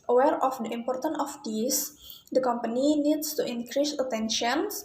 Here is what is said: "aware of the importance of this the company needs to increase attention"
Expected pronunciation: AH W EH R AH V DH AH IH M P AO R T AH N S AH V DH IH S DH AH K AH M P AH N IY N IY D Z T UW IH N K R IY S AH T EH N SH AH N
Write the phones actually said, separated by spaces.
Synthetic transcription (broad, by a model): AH W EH R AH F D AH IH M P AO R T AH N AH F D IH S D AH K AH M P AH N IY N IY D S T UW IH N K R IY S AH T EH N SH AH N